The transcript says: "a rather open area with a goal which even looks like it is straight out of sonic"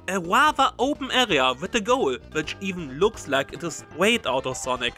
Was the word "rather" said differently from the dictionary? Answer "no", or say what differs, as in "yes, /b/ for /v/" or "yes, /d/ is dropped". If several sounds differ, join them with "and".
yes, /w/ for /ɹ/